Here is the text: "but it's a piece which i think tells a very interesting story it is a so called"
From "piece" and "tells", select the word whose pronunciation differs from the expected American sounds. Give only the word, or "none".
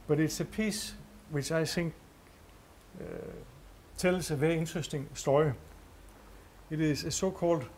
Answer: tells